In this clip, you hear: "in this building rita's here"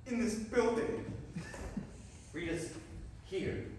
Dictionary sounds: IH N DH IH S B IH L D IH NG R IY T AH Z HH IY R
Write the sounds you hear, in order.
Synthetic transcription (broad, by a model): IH N DH IH S B IH L D IH NG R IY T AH S HH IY R